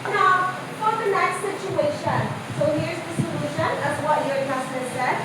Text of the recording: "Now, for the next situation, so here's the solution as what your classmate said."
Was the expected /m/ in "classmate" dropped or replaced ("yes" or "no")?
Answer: yes